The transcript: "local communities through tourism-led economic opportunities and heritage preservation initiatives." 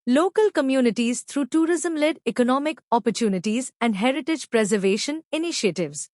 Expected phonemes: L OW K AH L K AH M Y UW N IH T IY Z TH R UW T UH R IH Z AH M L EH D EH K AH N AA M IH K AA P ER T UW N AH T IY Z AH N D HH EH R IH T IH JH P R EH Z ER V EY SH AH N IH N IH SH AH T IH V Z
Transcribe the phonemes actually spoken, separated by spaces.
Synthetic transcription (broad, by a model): L OW K AH L K AH M Y UW N IH T IY Z T R UW T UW R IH Z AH M L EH D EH K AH N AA M IH K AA P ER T UW N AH T IY Z AH N D HH EH R IH T IH JH P R EH Z ER V EY SH AH N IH N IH SH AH T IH V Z